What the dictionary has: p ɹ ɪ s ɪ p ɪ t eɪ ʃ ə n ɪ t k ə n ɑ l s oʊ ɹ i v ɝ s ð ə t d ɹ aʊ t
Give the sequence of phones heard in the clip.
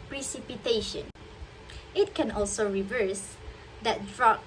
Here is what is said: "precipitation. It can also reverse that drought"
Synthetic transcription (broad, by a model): p ɹ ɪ s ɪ p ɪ t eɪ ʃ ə n ɪ t k ə n ɑ l s oʊ ɹ i v ɝ s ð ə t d ɹ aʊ